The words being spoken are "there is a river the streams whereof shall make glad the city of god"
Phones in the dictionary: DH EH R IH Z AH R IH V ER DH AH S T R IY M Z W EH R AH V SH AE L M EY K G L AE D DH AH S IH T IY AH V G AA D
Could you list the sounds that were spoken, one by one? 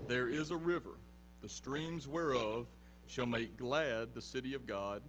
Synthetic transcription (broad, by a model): DH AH R IH Z AH R IH V ER DH AH S T R IY M Z W EH R AH V SH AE L M EY K G L AE D DH AH S IH T IY AH V G AA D